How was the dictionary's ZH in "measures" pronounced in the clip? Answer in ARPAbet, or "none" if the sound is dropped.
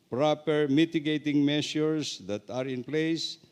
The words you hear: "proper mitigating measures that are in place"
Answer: S